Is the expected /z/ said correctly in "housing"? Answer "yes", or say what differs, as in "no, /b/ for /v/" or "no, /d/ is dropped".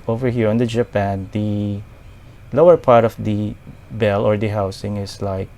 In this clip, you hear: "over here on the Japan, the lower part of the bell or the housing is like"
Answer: no, /s/ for /z/